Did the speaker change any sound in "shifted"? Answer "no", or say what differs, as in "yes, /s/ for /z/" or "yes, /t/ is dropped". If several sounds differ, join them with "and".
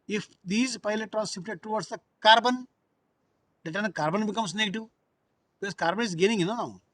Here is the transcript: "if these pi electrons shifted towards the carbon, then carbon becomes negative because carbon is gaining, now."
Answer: yes, /p/ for /f/